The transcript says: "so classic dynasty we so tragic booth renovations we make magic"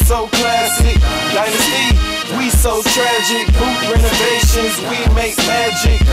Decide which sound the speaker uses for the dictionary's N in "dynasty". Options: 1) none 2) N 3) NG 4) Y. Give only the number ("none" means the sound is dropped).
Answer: 1